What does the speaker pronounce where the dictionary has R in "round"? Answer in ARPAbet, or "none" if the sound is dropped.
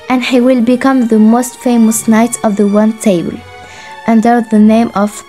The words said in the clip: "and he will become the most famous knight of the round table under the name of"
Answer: W